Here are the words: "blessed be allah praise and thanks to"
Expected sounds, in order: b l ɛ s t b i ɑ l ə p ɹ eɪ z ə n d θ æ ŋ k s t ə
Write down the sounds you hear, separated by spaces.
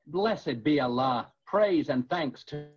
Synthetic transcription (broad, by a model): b l ɛ s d b i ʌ l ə p ɹ eɪ z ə n θ æ ŋ k s t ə